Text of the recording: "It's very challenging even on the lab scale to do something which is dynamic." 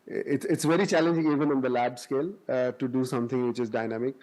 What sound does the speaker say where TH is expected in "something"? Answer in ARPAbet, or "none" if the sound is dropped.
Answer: T